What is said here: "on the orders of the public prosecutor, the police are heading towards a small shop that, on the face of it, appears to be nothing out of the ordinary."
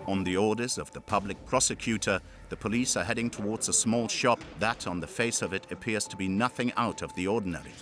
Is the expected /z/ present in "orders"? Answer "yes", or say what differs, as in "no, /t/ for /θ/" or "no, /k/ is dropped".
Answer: yes